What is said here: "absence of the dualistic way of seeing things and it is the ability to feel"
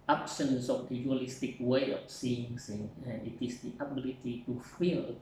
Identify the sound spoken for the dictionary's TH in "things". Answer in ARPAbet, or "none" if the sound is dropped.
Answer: S